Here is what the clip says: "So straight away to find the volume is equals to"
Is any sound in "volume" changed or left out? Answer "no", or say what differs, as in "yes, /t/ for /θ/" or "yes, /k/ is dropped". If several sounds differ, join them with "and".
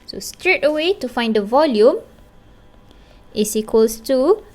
no